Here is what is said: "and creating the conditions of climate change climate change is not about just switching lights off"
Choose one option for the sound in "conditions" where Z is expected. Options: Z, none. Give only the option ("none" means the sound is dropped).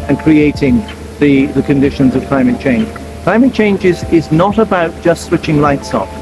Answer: Z